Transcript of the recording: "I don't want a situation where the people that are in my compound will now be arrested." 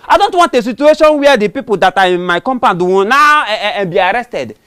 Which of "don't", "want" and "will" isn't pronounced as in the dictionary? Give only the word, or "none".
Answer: will